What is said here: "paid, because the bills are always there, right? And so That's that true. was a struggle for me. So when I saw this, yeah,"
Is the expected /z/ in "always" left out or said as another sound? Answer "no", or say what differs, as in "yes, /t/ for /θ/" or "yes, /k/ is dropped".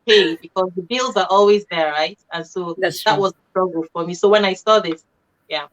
no